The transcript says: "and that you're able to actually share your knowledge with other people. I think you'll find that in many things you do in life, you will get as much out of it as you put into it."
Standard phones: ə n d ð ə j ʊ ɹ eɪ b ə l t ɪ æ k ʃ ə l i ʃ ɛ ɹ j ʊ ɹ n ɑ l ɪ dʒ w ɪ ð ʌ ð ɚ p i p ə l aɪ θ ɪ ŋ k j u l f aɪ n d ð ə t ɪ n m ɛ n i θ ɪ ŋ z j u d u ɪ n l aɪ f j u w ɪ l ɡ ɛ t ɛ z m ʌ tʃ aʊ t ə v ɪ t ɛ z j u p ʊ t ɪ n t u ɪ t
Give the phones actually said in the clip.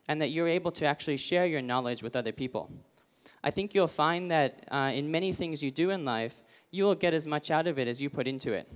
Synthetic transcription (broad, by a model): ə n ð ə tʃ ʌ ɹ eɪ b l t ɪ æ k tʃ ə l i ʃ ɛ ɹ j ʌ ɹ n ɑ l ɪ dʒ w ɪ ð ʌ ð ɚ p i p l aɪ θ ɪ ŋ k j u l f aɪ n ð ə t ɪ n m ɛ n i θ ɪ ŋ z j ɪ d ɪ ɪ n l aɪ f j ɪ w ɪ l ɡ ɛ t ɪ z m ʌ tʃ aʊ t ə v ɪ t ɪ z j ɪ p ʊ t ɪ n t u ɪ t